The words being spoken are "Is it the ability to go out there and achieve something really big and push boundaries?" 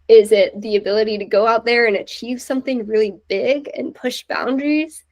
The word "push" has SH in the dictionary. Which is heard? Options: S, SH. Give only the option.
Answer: SH